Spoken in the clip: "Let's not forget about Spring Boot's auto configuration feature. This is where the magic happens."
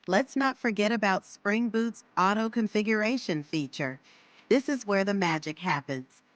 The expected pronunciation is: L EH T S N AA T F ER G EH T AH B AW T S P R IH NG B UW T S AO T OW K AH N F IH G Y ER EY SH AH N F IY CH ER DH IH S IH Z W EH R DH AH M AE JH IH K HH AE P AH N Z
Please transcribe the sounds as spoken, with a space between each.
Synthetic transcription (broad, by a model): L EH T S N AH T F ER G EH T AH B AW T S P R IH NG B UW T S AO T OW K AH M F IH G Y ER EY SH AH N F IY CH ER DH IH S IH Z W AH R DH AH M AE JH IH K HH AE P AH N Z